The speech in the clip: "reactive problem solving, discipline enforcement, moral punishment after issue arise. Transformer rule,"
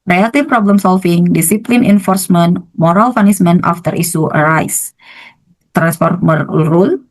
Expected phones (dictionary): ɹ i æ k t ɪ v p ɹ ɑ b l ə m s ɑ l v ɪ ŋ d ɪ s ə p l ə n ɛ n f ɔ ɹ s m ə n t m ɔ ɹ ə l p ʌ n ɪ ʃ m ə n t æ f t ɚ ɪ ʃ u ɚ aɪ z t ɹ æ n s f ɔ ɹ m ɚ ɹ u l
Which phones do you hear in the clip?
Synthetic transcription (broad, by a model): ɹ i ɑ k t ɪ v p ɹ ɑ b l ə m s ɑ l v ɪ ŋ d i s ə p l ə n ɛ n f ɔ ɹ s m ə n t m ɔ ɹ ə l f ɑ n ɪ s m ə n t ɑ f t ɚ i s u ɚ aɪ s t ɹ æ n s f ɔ ɹ m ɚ ɹ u l